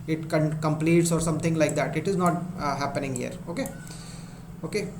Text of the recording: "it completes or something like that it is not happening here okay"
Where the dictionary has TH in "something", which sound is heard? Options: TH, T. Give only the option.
T